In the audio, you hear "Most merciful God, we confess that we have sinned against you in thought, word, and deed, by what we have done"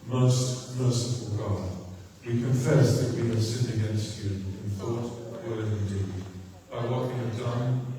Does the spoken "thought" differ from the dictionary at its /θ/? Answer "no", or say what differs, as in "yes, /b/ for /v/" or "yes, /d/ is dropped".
no